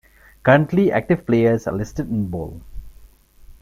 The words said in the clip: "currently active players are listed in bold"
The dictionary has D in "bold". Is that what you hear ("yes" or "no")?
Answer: no